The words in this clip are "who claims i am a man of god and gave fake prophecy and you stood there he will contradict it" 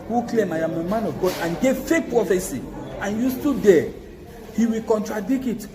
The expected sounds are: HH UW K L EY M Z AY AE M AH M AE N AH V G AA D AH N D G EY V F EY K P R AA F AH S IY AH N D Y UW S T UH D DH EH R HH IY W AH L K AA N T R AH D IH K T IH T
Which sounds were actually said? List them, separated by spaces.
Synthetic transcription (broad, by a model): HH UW K L EY M AY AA M AH M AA N AH V G AA D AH N G EY V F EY P R AA F AH S IY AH N Y UW S T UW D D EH HH IY W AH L K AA N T R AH D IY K IH T